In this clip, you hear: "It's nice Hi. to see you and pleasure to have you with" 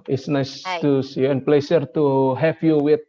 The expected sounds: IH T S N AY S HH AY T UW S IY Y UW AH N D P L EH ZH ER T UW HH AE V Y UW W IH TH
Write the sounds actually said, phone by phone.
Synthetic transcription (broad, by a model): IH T S N AY S T UW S Y UW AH N P L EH S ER T UW HH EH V Y UW W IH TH